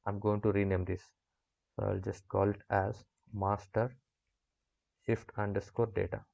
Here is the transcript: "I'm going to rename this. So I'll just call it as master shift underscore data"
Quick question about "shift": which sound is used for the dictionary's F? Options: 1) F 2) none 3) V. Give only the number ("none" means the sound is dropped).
1